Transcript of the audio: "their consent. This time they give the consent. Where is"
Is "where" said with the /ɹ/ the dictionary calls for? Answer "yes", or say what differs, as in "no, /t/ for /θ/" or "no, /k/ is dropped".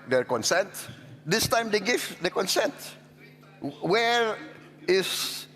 yes